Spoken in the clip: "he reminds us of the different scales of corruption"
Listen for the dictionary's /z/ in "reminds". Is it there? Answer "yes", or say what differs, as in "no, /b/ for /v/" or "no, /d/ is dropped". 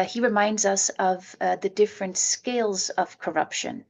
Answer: yes